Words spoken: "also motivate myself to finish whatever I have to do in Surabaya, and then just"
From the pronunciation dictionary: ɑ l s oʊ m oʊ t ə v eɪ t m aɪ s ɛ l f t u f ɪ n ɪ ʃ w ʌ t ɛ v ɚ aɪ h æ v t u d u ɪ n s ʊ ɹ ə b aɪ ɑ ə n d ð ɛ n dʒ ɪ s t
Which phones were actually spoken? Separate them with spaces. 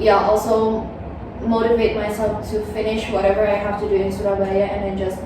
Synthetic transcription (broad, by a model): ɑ l s oʊ m oʊ t ə v eɪ t m aɪ s ɛ l f t u f ɪ n ɪ ʃ w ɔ t ɛ v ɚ aɪ h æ f t u d u ɪ n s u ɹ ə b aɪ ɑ ə n d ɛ n dʒ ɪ s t